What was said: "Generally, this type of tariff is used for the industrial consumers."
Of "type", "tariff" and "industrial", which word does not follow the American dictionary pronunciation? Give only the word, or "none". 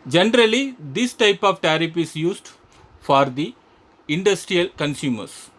tariff